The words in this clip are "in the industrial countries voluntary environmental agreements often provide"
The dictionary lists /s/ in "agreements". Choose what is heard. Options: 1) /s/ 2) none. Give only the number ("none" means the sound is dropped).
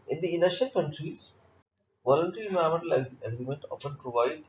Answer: 2